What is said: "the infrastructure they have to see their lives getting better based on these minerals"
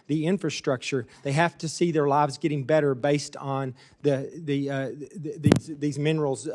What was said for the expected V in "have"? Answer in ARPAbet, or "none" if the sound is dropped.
F